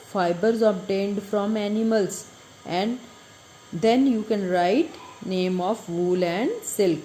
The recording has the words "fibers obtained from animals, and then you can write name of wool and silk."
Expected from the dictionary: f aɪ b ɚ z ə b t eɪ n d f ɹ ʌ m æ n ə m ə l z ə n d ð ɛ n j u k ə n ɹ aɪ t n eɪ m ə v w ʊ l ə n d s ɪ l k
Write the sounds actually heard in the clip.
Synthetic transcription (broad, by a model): f aɪ b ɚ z ə b t eɪ n d f ɹ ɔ m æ n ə m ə l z ə n d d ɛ n j u k ə n ɹ aɪ t n eɪ m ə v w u l ə n d s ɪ l k